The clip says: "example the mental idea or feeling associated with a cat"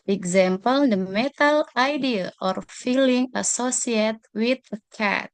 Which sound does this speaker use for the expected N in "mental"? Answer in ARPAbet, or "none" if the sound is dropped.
none